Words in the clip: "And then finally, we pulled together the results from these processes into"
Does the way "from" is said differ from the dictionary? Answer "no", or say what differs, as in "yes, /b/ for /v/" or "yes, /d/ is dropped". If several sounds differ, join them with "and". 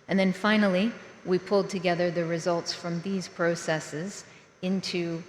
no